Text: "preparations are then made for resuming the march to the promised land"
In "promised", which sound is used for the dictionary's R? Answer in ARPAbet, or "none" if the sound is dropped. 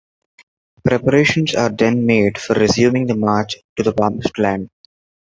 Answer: none